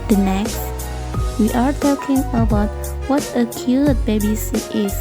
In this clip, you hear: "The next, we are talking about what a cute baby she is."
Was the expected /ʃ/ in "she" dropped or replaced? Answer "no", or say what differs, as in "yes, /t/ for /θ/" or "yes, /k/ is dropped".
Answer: yes, /s/ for /ʃ/